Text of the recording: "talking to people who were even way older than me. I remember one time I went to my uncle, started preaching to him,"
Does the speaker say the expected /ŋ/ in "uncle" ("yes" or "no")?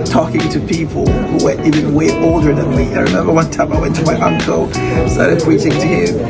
yes